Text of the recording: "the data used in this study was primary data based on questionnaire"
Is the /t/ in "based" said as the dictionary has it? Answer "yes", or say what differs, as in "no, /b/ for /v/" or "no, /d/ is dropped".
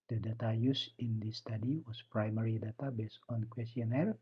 no, /t/ is dropped